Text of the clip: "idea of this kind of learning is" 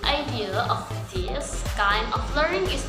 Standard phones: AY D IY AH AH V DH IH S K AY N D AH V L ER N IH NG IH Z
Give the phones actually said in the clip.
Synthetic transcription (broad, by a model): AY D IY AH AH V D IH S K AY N AH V L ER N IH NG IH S